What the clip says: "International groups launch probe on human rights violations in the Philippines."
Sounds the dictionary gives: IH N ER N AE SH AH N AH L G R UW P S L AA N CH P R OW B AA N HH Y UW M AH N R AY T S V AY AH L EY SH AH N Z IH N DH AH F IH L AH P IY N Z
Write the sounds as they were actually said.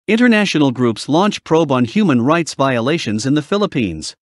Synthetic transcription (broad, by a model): IH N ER N AE SH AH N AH L G R UW P S L AA N CH P R OW B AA N HH Y UW M AH N R AY T S V AY AH L EY SH AH N Z IH N DH AH F IH L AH P IY N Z